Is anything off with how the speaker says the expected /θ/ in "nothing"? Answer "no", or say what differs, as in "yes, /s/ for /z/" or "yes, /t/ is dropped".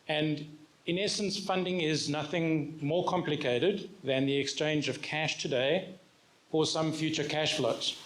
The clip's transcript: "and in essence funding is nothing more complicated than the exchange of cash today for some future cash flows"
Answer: no